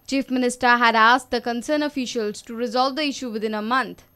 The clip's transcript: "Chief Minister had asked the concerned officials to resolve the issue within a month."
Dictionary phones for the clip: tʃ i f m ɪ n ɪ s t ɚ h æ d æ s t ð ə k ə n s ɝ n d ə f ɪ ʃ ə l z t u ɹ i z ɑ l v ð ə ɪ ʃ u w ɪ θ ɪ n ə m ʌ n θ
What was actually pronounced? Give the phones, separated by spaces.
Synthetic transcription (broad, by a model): tʃ i f m ɪ n ɪ s t ɚ h æ d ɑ s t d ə k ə n s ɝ n ə f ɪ ʃ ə l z t u ɹ i z ɑ l v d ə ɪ ʃ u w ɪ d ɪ n ə m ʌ n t